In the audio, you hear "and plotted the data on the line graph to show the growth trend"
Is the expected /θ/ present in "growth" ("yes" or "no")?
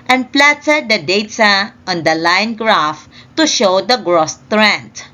no